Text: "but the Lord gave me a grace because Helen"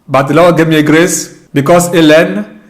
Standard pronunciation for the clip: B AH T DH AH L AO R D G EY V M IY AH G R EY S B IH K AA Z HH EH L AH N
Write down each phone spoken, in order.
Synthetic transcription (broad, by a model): B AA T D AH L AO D G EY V M IY AH G R EY S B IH K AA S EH L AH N